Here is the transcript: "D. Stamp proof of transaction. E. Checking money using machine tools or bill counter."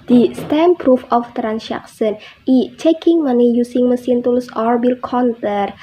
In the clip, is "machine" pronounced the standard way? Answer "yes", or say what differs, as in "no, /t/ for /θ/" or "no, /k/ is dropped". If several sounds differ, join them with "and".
no, /s/ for /ʃ/